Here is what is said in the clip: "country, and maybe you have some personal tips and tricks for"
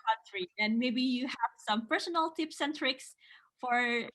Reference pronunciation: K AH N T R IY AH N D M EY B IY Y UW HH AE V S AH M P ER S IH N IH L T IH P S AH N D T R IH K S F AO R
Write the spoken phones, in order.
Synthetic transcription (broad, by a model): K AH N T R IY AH N M EY B IY Y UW HH AE V S AH M P ER S IH N IH L T IH P S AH N T R IH K S F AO R